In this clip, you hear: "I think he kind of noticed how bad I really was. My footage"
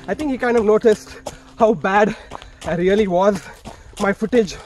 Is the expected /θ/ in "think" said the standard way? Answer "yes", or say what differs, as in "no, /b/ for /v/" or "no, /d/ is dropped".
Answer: no, /t/ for /θ/